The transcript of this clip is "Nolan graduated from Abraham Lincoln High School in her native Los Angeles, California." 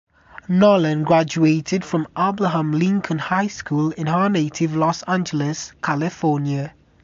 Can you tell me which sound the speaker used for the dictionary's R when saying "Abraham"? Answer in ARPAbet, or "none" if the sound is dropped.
L